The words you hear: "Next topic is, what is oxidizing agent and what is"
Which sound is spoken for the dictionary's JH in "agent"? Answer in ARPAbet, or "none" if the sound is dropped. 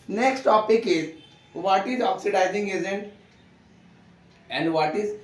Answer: Z